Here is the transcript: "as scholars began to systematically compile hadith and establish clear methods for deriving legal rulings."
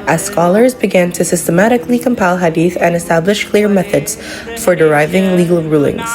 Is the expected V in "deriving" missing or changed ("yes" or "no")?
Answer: no